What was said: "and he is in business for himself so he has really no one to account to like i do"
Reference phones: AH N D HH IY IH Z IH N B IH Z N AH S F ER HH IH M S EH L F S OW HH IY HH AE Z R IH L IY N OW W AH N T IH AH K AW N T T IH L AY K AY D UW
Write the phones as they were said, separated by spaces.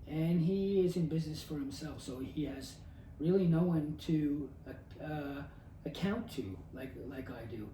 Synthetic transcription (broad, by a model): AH N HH IY IH Z IH N B IH Z N AH S F ER HH IH M S EH L F S OW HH IY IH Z R IH L IY N OW W AH N T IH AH K AW N T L IH L AY K AY D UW